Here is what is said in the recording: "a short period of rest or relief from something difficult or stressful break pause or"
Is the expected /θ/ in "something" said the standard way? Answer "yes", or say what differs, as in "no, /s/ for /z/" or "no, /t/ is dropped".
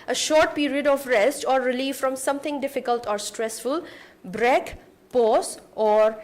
no, /t/ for /θ/